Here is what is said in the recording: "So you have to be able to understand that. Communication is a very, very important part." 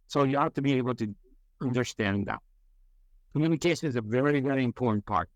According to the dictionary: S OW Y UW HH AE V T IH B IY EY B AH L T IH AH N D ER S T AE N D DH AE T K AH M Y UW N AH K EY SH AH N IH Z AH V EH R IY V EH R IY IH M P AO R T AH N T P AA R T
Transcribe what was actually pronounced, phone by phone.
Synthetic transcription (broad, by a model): S OW Y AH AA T T IH B IY EY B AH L T IH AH N D ER S T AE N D DH AE T K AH M Y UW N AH K EY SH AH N IH Z AH V EH R IY V EH R IY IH M P AO R T N P AA R T